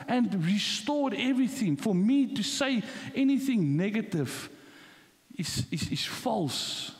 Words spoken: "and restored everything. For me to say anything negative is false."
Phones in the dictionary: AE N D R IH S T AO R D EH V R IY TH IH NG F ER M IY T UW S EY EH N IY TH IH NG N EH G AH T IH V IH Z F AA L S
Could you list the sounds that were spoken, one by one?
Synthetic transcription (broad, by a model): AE N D R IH S T AO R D EH V R IY TH IH NG F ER M IY T UW S EY EH N IY TH IH NG N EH G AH T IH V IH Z F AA L S